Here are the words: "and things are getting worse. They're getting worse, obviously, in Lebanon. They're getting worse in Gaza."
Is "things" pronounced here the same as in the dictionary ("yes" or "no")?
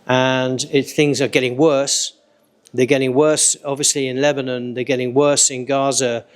yes